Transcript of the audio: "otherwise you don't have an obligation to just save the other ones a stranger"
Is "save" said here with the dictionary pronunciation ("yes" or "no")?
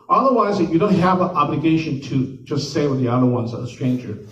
no